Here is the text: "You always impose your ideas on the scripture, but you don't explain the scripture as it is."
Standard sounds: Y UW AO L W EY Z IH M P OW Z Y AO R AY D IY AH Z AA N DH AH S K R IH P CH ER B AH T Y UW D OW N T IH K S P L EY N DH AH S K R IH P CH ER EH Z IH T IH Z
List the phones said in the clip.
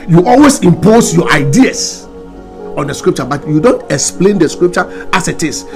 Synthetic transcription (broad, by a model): Y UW AO L W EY S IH M P OW S Y AO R AY D IY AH S AA N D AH S K R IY P CH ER B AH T Y UW D OW N T IH K S P L EY N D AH S K R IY P CH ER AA S IH T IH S